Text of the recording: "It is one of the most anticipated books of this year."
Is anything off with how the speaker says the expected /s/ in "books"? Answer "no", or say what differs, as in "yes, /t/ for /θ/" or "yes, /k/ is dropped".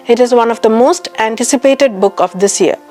yes, /s/ is dropped